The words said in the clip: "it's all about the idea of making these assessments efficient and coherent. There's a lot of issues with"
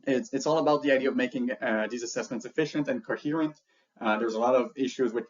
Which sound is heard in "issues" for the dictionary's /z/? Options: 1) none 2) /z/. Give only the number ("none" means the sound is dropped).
2